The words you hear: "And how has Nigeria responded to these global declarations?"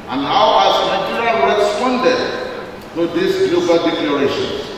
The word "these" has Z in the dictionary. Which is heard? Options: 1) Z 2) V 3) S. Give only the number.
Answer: 3